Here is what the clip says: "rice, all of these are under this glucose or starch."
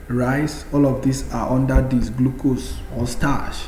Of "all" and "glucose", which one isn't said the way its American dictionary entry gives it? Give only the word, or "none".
none